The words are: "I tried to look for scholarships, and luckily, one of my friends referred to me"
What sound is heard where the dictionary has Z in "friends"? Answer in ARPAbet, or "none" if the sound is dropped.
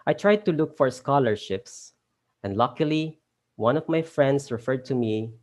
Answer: S